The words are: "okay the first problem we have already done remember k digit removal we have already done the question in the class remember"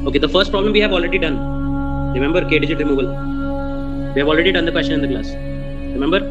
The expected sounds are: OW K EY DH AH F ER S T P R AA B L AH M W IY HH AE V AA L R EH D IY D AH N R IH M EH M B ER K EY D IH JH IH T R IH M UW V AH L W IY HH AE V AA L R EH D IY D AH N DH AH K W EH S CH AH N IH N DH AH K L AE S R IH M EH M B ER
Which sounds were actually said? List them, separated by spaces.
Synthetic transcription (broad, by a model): OW K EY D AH F ER S T P R AA B L AH M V IY HH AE V AA L R EH D IY D AH N R IH M EH M B ER K EY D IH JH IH T R IH M UW V AH L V IY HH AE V AA L R EH D IY D AH N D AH K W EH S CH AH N IH N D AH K L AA S R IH M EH M B ER